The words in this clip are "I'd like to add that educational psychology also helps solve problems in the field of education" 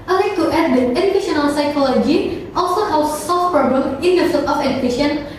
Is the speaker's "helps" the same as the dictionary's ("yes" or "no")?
no